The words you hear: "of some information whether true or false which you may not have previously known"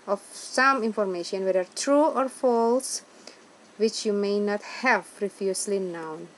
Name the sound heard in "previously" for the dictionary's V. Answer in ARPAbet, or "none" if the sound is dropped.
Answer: F